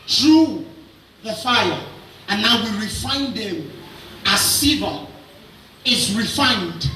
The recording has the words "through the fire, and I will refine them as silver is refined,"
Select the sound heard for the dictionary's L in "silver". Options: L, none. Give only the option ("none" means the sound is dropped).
none